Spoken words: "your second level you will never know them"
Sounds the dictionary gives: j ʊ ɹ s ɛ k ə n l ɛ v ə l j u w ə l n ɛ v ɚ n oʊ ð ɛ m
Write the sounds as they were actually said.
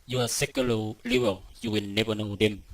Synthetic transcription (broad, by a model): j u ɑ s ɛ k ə l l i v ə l j u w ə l n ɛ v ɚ n oʊ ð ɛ m